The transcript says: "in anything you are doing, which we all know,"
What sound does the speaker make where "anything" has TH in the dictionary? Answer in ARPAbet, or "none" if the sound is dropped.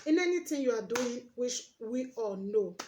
T